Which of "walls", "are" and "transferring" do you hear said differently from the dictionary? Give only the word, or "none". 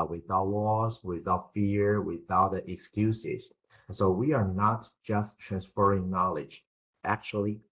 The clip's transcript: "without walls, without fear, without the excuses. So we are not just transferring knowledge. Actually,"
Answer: walls